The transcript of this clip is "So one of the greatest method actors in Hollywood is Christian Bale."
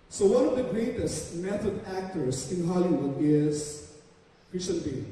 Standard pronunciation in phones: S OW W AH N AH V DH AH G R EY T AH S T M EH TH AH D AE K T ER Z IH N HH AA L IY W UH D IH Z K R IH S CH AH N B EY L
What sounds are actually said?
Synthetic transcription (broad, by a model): S OW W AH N AH V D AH G R EY T AH S T M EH T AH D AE K T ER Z IH N HH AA L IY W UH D IH Z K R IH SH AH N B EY